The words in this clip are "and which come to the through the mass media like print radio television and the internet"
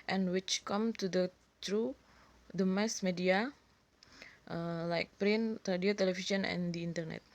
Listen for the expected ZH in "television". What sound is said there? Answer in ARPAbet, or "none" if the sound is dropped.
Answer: SH